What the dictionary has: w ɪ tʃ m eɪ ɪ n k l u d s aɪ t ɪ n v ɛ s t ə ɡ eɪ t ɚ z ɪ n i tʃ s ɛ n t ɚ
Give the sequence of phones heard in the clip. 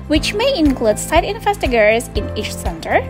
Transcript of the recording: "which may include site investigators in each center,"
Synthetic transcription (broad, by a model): w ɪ tʃ m eɪ ɪ n k l u d s aɪ t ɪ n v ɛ s t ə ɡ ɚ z ɪ n i tʃ s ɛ n t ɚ